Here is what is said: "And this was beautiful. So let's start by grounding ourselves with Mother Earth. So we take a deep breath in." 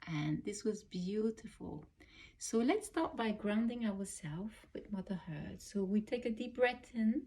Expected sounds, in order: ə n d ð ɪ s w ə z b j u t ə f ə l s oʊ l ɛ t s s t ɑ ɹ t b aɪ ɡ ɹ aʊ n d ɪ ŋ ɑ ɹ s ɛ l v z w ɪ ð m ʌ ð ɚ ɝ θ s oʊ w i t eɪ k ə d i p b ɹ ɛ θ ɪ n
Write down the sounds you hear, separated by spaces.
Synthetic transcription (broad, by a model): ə n ð ɪ s w ə z b j u t ə f ə l s oʊ l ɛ t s s t ɑ ɹ t b aɪ ɡ ɹ aʊ n d ɪ ŋ ɑ ɹ s ɛ l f w ɪ ð m ʌ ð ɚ ɝ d s oʊ w i t eɪ k ə d i p ɹ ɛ t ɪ n